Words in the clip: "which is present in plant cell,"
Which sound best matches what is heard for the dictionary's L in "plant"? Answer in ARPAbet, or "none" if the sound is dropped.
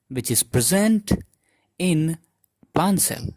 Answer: none